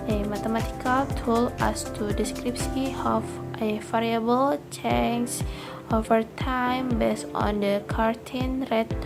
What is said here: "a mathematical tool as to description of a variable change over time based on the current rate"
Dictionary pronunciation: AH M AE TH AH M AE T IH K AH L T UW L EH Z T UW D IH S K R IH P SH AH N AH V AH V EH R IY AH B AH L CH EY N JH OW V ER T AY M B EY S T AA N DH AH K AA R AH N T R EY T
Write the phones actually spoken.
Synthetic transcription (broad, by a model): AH M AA T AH M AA T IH K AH L T UW L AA S T UW D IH S K R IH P S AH AH F AH F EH R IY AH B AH L CH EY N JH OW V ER T AY M B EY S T AA N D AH K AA R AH N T R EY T